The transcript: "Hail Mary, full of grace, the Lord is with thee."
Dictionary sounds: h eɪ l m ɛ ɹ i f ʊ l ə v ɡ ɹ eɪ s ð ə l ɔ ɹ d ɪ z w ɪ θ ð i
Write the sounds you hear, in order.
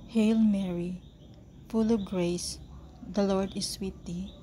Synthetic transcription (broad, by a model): h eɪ l m ɛ ɹ i f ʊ l ə v ɡ ɹ eɪ s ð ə l ɔ ɹ d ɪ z w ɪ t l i